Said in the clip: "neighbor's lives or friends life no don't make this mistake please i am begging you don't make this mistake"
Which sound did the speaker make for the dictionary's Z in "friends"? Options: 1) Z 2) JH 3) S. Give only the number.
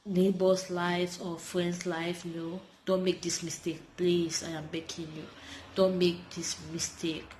3